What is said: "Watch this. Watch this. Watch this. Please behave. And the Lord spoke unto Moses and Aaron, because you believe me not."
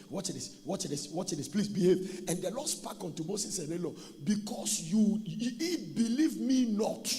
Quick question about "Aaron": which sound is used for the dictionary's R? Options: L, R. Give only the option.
L